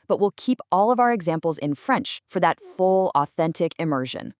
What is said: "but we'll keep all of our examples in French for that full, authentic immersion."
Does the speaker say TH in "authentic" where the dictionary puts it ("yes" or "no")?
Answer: yes